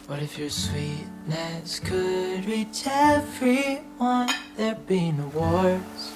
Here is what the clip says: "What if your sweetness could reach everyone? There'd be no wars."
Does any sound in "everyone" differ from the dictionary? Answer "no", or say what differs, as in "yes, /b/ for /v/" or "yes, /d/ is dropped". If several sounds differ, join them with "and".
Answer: yes, /f/ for /v/